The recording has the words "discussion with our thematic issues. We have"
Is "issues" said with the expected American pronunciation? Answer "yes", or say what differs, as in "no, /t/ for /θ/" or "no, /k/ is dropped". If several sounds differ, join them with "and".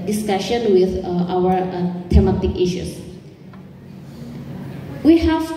no, /s/ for /z/